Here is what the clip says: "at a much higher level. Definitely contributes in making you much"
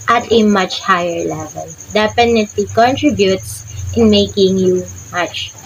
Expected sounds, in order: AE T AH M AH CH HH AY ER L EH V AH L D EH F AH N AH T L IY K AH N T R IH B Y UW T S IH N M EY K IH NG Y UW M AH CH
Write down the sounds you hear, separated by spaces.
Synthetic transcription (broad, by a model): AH T AH M AH CH HH AY ER L EH V AH L D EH P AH N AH T L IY K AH N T R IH B Y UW T S IH N M EY K IH NG Y UW M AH CH